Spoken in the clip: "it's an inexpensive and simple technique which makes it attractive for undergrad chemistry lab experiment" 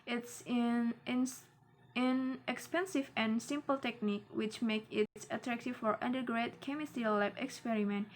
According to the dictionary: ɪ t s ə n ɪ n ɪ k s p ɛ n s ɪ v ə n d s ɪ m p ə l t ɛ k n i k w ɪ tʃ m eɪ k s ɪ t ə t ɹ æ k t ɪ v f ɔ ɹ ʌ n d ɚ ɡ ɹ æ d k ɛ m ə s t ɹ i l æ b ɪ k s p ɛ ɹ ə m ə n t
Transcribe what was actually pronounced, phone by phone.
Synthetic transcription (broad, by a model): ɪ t s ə n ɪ n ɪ k s p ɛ n s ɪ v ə n s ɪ m p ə l t ɛ k n i k w ɪ tʃ m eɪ k ɪ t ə t ɹ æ k t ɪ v f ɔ ɹ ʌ n d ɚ ɡ ɹ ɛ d k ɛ m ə s t i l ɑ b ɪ k s p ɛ ɹ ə m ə n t